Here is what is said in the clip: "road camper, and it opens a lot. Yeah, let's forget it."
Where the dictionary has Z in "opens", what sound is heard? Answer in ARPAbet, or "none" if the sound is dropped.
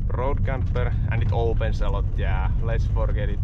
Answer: S